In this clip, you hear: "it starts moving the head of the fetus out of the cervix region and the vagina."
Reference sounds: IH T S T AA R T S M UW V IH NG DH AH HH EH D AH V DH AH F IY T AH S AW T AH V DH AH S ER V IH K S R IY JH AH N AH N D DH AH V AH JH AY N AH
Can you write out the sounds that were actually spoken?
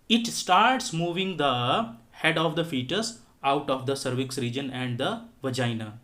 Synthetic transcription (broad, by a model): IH T S T AA R T S M UW V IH NG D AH HH EH D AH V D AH F IY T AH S AW T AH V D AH S ER V IH K S R IY JH AH N AH N D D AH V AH JH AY N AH